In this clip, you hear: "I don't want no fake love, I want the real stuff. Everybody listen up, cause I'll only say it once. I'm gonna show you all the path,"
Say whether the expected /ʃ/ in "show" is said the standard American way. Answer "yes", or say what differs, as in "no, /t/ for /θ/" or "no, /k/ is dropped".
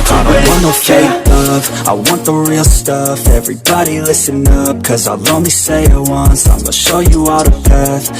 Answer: yes